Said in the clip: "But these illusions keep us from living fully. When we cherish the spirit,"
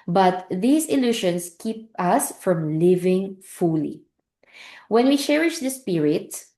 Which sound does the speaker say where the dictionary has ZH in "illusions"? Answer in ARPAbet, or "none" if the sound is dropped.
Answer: SH